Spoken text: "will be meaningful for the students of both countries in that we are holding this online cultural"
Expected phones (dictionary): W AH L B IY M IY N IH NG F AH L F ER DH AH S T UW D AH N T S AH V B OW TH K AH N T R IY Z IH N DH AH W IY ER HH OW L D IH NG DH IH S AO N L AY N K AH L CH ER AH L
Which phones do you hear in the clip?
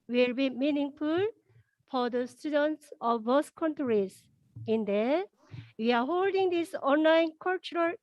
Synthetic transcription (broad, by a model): W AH L B IY M IY N IH NG F AH L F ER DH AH S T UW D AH N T S AH V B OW S K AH N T R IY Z IH N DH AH W IY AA HH OW L D IH NG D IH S AO N L AY N K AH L CH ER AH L